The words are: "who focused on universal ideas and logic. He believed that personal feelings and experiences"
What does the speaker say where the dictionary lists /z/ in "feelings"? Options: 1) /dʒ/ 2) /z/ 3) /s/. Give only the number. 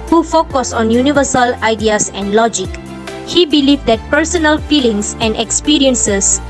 3